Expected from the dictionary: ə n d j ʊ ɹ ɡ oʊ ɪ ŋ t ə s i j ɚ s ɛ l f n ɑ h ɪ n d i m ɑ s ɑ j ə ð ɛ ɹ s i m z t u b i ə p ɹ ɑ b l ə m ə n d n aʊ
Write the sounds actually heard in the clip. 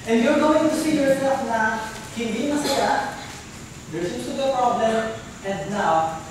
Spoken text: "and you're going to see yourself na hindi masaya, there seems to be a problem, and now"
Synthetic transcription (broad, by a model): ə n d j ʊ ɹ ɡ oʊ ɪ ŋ t ə s i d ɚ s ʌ f n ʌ h ɪ n d i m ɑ s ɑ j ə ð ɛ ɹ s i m s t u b ə p ɹ ɑ b l ə m ə n d n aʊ